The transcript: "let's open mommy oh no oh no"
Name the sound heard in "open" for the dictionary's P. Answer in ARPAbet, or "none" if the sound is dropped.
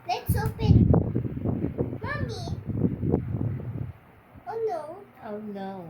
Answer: F